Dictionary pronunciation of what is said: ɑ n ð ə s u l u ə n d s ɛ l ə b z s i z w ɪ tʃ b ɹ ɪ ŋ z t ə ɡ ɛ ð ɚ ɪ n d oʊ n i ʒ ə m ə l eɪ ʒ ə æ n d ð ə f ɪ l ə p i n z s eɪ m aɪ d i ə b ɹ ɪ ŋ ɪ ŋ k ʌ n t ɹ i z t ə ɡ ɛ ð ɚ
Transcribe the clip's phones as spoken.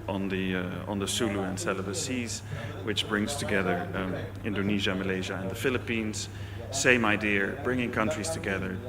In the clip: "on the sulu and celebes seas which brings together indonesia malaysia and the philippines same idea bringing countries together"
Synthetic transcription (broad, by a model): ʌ n ð ə s u l u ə n s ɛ l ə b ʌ s i z w ɪ tʃ b ɹ ɪ ŋ z t ə ɡ ɛ ð ɚ ɪ n d oʊ n i ʒ ə m ə l eɪ ʒ ə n ð ə f ɪ l ə p i n z s eɪ m aɪ d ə b ɹ ɪ ŋ ɪ ŋ k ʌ n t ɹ i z t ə ɡ ɛ ð ɚ